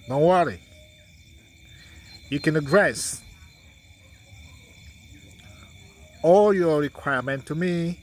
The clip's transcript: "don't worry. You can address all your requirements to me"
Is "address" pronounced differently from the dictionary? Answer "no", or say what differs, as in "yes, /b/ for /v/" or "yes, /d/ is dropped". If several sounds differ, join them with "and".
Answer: no